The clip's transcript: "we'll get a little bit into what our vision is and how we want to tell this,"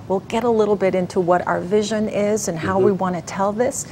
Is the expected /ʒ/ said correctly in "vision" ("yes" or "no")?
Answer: yes